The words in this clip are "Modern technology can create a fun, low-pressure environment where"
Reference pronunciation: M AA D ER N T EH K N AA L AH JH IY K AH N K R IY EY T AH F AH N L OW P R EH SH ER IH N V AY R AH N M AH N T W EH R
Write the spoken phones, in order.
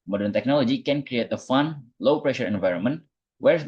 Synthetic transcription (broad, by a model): M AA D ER N T EH K N AA L AH JH IY K AH N K R IY EY T AH F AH N L OW P R EH SH ER IH N V AY R AH N M AH N T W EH R